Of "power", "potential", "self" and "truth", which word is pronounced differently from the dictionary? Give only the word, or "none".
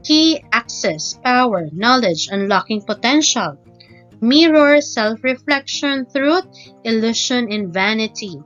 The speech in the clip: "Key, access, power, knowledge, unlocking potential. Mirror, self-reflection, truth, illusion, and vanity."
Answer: truth